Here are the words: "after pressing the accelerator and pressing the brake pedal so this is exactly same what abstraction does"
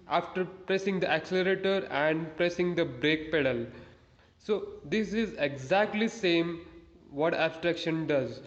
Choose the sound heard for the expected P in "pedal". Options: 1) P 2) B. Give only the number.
1